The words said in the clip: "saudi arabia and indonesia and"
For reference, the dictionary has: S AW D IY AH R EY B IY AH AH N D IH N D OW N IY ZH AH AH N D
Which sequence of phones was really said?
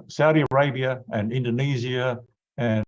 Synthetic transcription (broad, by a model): S AW D IY AH R EY B IY AH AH N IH N D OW N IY Z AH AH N